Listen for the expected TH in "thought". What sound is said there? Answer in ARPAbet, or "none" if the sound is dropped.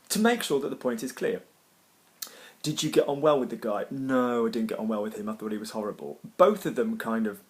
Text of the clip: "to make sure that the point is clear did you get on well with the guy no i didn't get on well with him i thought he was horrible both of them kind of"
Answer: TH